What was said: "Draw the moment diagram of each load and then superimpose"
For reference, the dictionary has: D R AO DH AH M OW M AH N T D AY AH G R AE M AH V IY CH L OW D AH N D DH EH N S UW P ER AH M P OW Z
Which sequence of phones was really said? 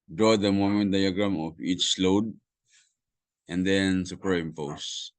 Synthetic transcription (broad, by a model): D R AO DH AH M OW M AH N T D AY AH G R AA M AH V IY CH L OW D AH N D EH N S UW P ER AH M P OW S